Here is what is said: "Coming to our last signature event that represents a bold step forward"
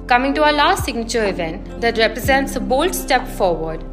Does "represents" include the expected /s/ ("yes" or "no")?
yes